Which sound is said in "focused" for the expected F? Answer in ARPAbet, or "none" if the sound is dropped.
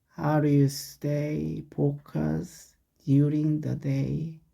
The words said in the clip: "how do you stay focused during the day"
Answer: P